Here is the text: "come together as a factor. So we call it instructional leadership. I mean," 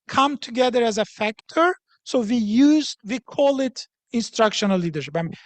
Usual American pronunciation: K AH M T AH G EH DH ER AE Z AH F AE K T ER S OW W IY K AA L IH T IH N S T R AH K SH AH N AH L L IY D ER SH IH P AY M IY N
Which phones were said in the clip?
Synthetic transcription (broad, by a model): K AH M T AH G EH DH ER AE Z AH F AE K T ER S OW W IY K AA L IH T IH N S T R AH K SH AH N AH L L IY D ER SH IH P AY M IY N